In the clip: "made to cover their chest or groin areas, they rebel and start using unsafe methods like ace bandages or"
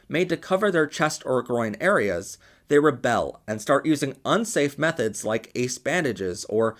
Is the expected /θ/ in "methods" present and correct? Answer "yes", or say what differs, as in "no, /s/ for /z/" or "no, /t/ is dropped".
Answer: yes